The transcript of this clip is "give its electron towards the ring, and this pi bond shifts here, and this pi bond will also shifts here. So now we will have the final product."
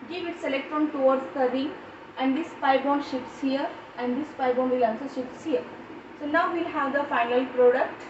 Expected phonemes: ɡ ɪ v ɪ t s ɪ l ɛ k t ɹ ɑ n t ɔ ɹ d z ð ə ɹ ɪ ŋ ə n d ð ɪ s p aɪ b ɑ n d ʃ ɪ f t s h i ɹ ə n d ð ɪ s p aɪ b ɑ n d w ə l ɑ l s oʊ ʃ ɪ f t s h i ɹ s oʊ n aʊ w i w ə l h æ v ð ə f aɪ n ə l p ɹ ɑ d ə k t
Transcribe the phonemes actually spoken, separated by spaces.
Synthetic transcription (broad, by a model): ɡ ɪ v ɪ t s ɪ l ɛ k t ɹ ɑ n t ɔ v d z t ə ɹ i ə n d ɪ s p aɪ b ɑ n d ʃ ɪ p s h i ɹ ə n d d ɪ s p aɪ b ɑ n d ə l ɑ n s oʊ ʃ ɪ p s h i ɹ s oʊ n aʊ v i l h æ v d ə f aɪ n ə l p ɹ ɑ d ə k t